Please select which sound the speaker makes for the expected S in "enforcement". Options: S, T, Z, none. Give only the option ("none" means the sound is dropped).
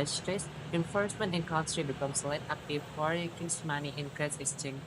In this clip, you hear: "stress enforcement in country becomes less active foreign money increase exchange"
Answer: S